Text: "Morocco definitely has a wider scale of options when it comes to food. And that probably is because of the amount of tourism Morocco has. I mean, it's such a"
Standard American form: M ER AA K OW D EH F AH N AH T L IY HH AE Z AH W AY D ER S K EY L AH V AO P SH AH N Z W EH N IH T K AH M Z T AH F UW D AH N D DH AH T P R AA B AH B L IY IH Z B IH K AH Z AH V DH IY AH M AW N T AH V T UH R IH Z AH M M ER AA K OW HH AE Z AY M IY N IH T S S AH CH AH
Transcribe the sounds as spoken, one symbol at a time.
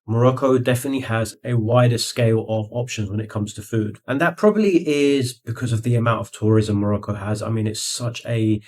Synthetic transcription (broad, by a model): M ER AA K OW D EH F AH N AH T L IY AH Z AH W AY D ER S K EY L AH V AO P SH AH N Z W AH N IH T K AH M Z T AH F UW D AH N DH AH T P R AA B AH B L IY IH Z B IH K AH Z AH V DH IY AH M AW N T AH V T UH R IH Z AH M M ER AA K OW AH Z AY M IY N IH T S S AH CH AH